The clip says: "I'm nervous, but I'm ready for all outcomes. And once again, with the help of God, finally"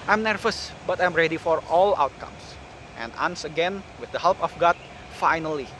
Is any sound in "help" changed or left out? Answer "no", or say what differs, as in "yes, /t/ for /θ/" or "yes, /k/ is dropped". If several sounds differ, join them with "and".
no